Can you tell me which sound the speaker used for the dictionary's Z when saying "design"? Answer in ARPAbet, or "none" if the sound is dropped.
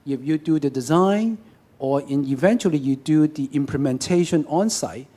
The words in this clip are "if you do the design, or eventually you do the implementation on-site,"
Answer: Z